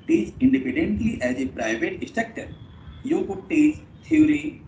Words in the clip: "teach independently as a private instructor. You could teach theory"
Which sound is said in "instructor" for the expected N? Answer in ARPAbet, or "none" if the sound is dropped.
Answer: none